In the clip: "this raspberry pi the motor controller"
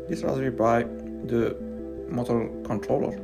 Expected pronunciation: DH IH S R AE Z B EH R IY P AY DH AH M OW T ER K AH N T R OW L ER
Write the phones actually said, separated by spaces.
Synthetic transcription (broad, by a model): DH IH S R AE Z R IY B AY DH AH M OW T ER K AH N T R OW L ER